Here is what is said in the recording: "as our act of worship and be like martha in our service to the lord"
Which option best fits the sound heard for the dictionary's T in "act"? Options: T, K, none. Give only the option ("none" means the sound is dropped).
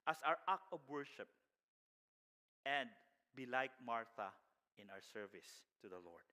none